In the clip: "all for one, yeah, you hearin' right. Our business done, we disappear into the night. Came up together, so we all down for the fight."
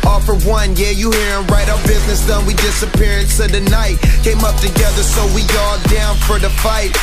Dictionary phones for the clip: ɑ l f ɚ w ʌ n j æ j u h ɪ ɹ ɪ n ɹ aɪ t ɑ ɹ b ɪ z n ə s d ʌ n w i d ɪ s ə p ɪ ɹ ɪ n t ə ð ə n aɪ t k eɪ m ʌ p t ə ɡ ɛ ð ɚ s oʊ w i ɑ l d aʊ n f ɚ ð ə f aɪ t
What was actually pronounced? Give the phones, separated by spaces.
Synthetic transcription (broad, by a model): ɑ f ɚ w ʌ n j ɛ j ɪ h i ɹ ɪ n ɹ aɪ t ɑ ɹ b ɪ z n ə s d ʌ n w i d ɪ s ə p ɪ ɹ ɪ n s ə ð ə n aɪ t k eɪ m ʌ p t ə ɡ ɛ ð ɚ s oʊ w i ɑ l d aʊ n f ɚ ð ə f aɪ t